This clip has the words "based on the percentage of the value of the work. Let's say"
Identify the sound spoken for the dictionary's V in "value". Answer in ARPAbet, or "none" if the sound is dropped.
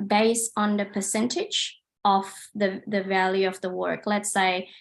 V